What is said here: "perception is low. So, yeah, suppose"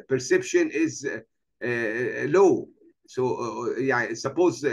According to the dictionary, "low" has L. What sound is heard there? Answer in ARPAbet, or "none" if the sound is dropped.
L